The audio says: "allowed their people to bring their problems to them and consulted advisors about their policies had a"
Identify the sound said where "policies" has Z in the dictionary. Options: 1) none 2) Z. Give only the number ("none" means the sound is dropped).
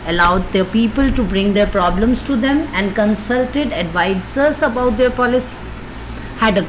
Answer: 1